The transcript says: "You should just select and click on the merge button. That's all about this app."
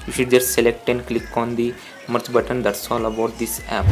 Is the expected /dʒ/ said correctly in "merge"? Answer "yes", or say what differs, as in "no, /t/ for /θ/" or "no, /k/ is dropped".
no, /tʃ/ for /dʒ/